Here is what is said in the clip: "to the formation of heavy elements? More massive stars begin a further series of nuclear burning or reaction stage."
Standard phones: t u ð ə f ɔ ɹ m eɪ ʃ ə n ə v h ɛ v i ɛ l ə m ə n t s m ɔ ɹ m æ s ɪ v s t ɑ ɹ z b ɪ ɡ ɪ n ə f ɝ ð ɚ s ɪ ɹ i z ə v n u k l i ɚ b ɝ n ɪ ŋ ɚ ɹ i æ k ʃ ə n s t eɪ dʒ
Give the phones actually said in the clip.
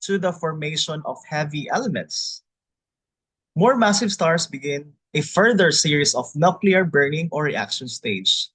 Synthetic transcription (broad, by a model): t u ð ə f ɔ ɹ m eɪ ʃ ə n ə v h ɛ v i ɛ l ə m ə n t s m ɔ ɹ m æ s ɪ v s t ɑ ɹ s b ɪ ɡ ɪ n ə f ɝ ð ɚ s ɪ ɹ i s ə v n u k l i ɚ b ɝ n ɪ ŋ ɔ ɹ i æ k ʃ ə n s t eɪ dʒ